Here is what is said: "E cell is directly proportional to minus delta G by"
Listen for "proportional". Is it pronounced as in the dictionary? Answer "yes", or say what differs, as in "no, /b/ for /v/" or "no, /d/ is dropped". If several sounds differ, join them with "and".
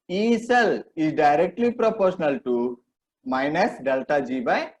yes